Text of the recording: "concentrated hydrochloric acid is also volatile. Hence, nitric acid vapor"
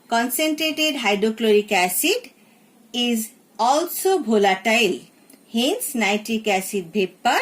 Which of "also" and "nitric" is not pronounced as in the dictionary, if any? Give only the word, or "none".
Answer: nitric